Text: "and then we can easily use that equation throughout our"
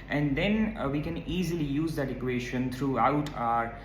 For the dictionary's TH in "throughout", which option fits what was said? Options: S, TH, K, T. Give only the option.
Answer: T